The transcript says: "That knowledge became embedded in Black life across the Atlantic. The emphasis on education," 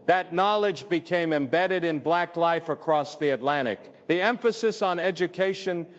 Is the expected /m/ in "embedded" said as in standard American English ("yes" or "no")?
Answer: yes